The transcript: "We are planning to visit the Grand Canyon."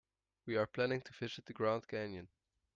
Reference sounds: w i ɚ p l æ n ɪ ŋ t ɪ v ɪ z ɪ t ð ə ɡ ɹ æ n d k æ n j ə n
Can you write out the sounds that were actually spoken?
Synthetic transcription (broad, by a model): w i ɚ p l æ n ɪ ŋ t ɪ f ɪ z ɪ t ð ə ɡ ɹ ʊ n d k æ n j ə n